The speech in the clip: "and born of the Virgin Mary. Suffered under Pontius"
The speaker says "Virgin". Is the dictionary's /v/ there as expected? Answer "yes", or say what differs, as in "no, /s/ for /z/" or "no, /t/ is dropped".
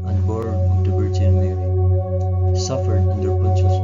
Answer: no, /b/ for /v/